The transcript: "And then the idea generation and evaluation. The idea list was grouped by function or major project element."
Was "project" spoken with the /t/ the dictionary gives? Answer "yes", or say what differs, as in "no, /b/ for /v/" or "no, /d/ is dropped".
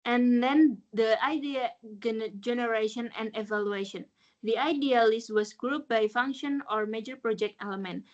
yes